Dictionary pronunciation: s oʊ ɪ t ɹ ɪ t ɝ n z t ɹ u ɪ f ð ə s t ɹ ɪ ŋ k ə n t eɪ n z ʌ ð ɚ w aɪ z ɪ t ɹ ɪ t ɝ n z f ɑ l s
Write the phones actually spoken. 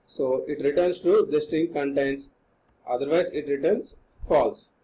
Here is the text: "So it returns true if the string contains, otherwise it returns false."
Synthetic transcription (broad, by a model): s oʊ ɪ t ɹ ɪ t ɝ n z t u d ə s t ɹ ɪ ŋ k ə n t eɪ n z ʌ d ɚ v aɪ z ɪ t ɹ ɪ t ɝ n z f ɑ l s